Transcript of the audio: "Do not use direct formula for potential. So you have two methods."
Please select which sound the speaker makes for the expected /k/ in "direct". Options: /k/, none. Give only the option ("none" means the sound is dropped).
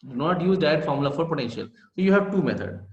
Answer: none